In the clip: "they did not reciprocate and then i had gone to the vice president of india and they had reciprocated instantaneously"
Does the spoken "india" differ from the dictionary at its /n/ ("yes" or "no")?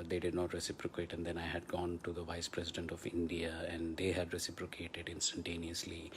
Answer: no